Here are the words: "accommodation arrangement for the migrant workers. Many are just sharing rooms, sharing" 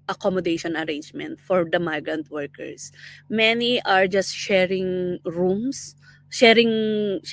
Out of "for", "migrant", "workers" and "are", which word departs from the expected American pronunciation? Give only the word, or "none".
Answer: workers